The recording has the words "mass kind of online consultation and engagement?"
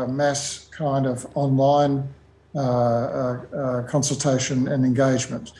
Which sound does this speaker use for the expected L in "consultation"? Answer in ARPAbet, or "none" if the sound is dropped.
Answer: L